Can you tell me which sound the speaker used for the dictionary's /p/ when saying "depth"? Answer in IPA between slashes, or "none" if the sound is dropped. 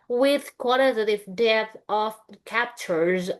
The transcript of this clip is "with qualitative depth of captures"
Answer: none